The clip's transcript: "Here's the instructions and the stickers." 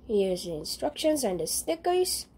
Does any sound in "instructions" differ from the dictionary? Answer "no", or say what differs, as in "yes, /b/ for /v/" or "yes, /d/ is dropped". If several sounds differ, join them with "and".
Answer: no